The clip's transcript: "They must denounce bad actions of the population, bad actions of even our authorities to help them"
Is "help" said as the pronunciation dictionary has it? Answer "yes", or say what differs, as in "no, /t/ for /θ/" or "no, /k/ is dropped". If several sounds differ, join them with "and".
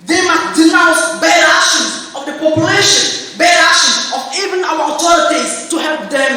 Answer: yes